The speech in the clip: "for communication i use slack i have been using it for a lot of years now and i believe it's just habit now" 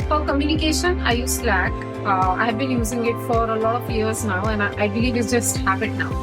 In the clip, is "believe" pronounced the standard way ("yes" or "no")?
no